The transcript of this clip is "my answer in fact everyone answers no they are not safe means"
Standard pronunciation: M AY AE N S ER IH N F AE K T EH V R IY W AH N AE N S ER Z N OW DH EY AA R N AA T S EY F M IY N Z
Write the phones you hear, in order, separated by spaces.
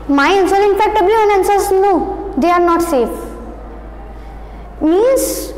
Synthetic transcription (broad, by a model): M AY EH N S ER IH N F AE K T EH B R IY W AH N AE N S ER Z N OW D EY AA R N AA T S EY F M IY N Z